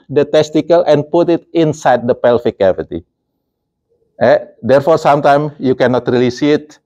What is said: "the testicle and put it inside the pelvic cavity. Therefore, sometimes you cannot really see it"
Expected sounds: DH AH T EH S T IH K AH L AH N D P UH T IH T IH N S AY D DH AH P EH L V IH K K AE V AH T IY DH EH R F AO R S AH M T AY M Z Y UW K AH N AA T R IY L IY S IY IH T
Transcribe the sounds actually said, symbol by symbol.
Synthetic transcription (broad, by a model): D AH T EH S T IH K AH L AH N P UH T IH T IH N S AY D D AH P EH L F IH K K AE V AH T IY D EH R F AO R S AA M T AY M Y UW K AH N AA T R IY L IY S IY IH T